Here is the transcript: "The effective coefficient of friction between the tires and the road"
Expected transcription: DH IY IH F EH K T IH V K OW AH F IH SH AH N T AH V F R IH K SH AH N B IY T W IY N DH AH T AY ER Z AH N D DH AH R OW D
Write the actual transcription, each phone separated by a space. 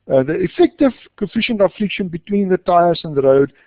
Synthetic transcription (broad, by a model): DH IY IH F EH K T IH V K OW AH F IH SH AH N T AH F L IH K SH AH N B IY T W IY N DH AH T AY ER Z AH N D DH AH R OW D